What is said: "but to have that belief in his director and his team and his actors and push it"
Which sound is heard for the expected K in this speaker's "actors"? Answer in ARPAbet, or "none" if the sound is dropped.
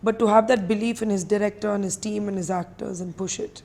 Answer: K